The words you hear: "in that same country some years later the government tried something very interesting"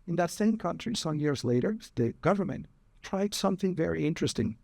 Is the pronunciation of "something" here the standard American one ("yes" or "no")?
yes